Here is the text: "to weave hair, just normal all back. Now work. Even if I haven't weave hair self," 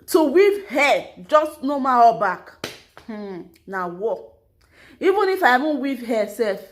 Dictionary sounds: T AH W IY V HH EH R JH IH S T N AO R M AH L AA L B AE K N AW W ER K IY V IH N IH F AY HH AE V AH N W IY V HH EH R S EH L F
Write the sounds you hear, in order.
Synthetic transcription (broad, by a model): T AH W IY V HH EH JH IH S T N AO M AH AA B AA K N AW W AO IY V IH N IH F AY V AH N W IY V HH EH S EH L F